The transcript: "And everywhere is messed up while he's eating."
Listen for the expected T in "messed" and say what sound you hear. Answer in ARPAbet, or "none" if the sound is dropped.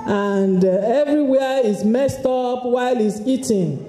T